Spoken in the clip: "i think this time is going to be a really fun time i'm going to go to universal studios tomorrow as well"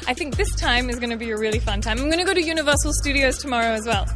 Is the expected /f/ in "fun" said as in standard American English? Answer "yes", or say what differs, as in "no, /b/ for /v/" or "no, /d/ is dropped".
yes